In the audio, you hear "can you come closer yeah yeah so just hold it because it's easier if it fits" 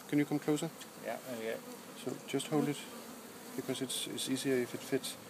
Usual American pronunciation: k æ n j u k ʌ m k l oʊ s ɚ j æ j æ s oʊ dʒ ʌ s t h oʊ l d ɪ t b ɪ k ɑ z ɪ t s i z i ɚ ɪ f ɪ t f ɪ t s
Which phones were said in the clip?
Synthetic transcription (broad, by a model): k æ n j u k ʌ m k l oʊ s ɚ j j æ s oʊ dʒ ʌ s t h oʊ l d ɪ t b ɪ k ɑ s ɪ s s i s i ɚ ɪ f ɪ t f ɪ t